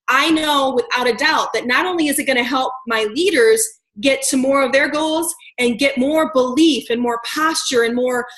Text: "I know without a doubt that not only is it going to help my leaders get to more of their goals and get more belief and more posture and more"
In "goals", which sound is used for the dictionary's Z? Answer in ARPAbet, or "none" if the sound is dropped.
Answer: Z